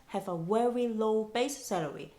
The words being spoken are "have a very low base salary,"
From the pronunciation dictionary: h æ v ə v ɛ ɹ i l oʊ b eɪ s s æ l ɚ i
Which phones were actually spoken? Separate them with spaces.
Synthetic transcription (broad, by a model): h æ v ə w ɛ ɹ i l oʊ b eɪ s s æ l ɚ i